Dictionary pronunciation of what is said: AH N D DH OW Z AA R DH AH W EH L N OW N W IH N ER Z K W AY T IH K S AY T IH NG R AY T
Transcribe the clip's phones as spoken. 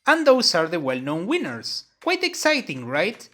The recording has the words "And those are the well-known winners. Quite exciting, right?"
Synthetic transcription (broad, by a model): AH N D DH OW S AA R DH AH W EH L N OW N W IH N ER S K W AY T IH K S AY T IH NG R AY T